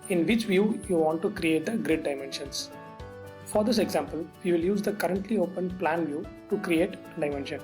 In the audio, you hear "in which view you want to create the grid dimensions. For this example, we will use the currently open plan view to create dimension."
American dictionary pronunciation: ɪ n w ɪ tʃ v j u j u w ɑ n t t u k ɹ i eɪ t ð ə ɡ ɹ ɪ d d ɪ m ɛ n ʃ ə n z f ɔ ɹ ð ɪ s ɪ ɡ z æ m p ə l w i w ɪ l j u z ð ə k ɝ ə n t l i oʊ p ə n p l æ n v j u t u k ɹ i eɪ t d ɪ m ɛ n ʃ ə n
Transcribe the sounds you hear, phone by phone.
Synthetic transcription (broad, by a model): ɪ n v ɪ tʃ v j u j u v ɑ n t t u k ɹ i eɪ t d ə ɡ ɹ ɪ d d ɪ m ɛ n ʃ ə n s f ɔ ɹ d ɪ s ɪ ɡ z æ m p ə l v i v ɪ l j u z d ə k ɝ ə n t l i oʊ p ə n p l æ n v j u t u k ɹ i eɪ t d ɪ m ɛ n ʃ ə n